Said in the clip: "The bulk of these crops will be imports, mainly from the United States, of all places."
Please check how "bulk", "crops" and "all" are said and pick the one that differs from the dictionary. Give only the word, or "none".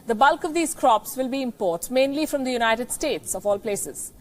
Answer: none